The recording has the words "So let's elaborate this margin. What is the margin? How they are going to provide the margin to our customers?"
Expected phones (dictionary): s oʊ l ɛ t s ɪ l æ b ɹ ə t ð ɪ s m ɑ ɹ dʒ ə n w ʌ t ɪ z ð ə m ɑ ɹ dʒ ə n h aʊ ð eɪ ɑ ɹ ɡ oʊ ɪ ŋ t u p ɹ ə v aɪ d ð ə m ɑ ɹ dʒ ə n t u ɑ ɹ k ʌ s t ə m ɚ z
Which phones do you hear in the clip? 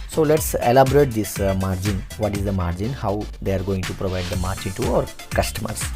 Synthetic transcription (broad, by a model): s oʊ l ɛ t s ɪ l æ b ɹ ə t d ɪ s m ɑ ɹ dʒ ə n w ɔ t ɪ z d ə m ɑ ɹ dʒ ə n h aʊ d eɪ ɑ ɹ ɡ oʊ ɪ ŋ t u p ɹ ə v aɪ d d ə m ɑ ɹ dʒ ə n t u ɑ ɹ k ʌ s t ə m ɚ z